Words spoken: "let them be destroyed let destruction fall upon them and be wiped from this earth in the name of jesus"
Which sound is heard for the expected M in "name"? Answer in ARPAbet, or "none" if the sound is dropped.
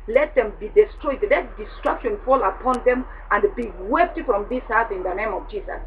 M